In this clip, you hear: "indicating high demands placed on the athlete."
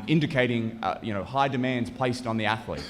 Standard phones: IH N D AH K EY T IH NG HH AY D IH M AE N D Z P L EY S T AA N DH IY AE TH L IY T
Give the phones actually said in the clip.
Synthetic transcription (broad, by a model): IH N D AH K EY T IH NG HH AY D IH M AE N D Z P L EY S T N DH IY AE TH L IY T